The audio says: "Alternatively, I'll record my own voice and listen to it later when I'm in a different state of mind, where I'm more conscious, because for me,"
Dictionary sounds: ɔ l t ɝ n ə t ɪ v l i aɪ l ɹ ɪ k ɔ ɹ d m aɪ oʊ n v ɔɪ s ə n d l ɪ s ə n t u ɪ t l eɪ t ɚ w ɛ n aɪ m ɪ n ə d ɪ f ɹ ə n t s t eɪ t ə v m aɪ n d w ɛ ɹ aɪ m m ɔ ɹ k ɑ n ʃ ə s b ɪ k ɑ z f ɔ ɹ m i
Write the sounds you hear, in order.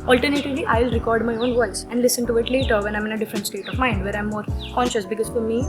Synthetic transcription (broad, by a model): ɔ l t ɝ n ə t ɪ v l i aɪ l ɹ ɪ k ɔ ɹ d m aɪ oʊ n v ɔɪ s ə n d l ɪ s ə n t u ɪ t l eɪ t ɚ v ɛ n aɪ m ɪ n ə d ɪ f ɹ ə n t s t eɪ t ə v m aɪ n d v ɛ ɹ aɪ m m ɔ ɹ k ɑ n ʃ ə s b ɪ k ɑ z f ɔ ɹ m i